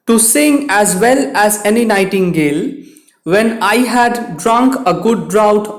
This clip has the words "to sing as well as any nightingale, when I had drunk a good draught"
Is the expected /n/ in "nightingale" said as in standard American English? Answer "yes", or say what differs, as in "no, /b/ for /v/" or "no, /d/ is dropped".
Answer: yes